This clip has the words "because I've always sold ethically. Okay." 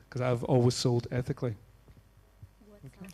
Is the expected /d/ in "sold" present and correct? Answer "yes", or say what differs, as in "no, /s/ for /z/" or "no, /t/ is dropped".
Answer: yes